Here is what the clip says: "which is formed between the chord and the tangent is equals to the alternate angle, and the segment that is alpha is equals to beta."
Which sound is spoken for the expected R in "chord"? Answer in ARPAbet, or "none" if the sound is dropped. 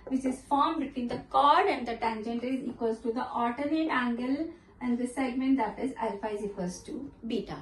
R